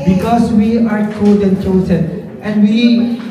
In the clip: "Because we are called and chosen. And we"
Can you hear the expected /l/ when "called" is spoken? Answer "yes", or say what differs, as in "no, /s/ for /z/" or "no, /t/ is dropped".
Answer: no, /l/ is dropped